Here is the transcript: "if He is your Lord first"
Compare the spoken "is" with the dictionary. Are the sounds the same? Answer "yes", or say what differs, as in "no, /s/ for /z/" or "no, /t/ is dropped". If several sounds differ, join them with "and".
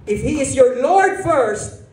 yes